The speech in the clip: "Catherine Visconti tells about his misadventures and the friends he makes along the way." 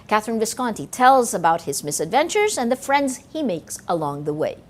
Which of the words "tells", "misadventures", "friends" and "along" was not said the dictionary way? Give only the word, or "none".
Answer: none